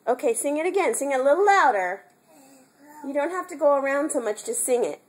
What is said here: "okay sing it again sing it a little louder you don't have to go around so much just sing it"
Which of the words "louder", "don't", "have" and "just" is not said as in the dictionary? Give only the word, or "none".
have